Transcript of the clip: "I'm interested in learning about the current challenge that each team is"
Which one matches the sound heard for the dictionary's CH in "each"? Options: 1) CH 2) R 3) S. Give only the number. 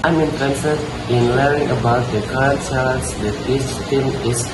3